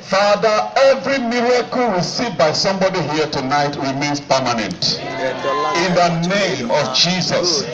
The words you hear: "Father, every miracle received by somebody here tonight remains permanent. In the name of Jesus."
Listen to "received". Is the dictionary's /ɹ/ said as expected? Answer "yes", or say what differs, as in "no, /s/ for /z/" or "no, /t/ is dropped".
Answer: no, /w/ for /ɹ/